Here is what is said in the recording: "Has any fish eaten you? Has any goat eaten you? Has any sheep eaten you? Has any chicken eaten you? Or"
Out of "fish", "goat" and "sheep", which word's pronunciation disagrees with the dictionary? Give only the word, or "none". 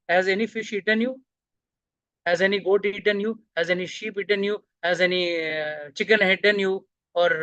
none